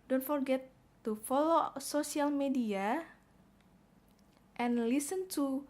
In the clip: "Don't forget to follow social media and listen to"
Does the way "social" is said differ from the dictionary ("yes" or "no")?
yes